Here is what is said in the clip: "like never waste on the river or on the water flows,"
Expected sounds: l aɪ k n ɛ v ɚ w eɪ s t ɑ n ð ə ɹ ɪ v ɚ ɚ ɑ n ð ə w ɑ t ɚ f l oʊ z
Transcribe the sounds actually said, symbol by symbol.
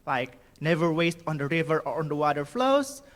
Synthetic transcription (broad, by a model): l aɪ k n ɛ v ɚ w eɪ s t ɑ n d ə ɹ ɪ v ɚ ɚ ɑ n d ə w ɑ t ɚ f l oʊ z